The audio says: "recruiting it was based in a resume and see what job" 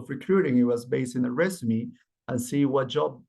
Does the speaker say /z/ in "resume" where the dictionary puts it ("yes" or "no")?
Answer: no